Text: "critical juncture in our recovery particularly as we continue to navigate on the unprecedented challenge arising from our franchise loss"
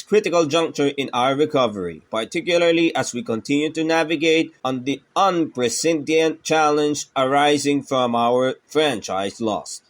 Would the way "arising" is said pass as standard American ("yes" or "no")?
yes